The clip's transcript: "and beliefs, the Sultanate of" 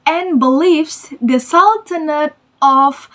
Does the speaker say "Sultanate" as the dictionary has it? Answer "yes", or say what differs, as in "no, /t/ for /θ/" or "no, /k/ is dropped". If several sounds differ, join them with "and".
yes